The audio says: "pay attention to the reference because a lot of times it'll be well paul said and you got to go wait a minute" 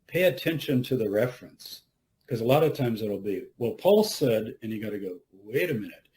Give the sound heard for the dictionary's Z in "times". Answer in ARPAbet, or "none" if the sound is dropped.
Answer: Z